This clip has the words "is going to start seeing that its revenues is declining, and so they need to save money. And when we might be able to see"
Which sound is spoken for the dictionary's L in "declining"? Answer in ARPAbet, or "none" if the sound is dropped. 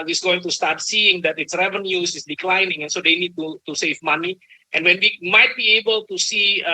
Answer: L